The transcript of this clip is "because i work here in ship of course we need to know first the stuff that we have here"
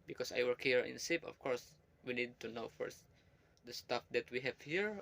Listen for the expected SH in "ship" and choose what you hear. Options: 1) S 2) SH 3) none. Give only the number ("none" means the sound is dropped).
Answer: 1